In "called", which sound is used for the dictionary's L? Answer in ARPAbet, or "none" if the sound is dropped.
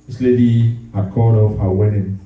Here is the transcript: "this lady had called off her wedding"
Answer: none